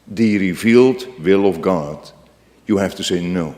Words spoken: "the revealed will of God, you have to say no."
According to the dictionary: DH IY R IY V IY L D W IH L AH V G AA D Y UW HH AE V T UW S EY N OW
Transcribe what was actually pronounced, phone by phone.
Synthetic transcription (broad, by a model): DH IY R IY V IY L D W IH L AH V G AA D Y UW HH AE F T UW S EY N OW